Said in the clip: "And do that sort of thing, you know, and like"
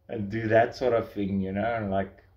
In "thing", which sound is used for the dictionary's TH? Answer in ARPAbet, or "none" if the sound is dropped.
TH